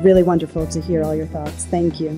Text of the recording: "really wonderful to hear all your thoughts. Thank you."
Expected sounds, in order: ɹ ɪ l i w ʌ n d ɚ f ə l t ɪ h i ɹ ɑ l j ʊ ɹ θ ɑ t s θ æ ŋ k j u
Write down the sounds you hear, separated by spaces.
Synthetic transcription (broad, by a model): ɹ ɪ l i w ʌ n d ɚ f l t ɪ h i ɹ ɑ l j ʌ ɹ θ ɑ t s θ æ ŋ k j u